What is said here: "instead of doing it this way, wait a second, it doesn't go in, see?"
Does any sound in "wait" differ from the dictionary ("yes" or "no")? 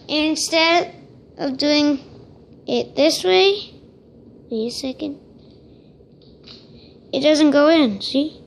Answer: yes